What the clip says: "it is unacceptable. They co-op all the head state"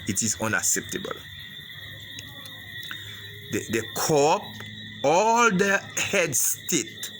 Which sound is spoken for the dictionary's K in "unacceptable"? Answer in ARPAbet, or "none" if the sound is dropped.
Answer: K